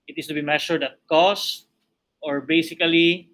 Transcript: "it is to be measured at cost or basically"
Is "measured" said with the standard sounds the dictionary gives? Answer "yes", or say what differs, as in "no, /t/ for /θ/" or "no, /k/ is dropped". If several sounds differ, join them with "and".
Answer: no, /ʃ/ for /ʒ/